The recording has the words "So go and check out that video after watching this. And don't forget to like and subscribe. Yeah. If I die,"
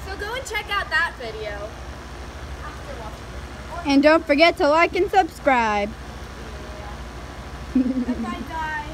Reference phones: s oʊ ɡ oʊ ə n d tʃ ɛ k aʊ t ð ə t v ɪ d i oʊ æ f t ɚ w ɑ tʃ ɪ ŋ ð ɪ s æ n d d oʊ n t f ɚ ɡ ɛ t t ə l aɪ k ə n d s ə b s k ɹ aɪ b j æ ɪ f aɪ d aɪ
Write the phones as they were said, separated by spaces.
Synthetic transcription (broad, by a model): s oʊ ɡ oʊ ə n tʃ ɛ k aʊ t ð ə t v ɪ d i oʊ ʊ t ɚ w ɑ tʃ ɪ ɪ n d d oʊ n t f ɚ ɡ ɛ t t ə l aɪ k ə n s ə b s k ɹ aɪ b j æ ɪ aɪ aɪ